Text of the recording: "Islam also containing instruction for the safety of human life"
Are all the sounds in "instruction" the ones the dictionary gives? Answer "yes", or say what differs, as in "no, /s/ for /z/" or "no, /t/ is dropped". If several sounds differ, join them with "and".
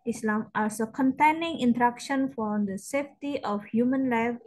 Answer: no, /s/ is dropped